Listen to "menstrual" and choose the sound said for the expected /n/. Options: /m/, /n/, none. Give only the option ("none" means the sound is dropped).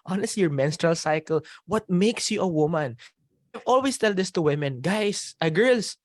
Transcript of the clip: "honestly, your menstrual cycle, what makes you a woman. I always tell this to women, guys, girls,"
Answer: /n/